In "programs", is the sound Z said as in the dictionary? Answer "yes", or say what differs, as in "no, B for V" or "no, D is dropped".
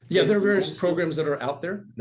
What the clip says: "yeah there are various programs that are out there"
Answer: yes